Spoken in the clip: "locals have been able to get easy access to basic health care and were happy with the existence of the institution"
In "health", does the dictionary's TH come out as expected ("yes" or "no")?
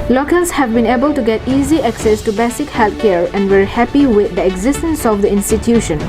no